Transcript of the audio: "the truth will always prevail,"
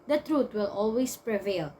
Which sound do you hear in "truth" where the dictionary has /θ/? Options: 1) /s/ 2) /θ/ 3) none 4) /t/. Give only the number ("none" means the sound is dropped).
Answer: 4